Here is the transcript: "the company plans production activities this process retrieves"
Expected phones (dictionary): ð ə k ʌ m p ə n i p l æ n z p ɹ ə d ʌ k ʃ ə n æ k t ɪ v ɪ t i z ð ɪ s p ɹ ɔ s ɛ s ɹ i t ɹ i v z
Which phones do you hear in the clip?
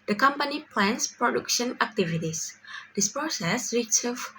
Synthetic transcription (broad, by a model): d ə k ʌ m p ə n i p l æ n s p ɹ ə d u k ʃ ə n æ k t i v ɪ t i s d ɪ s p ɹ ɔ s ɛ s ɹ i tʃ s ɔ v